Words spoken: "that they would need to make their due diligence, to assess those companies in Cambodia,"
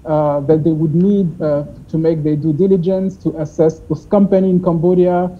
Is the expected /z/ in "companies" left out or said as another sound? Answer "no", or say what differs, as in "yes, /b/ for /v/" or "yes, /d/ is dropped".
yes, /z/ is dropped